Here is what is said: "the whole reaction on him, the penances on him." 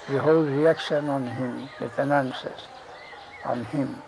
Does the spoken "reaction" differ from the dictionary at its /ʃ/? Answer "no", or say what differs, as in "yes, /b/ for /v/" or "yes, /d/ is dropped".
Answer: yes, /s/ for /ʃ/